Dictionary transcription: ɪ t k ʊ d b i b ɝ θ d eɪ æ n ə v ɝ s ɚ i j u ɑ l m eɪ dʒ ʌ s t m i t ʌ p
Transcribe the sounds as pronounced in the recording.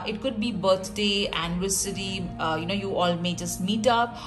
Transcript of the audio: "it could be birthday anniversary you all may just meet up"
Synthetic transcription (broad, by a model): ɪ t k ʊ d b i b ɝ t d eɪ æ n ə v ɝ s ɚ i j u ɑ l m eɪ dʒ ʌ s t m i t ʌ p